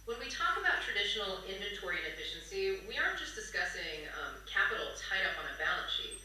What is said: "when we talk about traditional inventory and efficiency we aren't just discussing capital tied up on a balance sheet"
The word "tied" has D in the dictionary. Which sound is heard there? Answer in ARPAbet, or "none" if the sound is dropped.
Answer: D